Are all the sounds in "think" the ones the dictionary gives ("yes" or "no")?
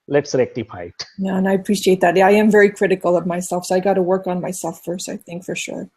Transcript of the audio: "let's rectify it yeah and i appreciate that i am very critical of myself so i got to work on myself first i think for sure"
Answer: yes